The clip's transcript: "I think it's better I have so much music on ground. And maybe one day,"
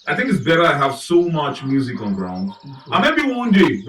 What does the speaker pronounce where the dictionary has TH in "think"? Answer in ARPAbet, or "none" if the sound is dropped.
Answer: TH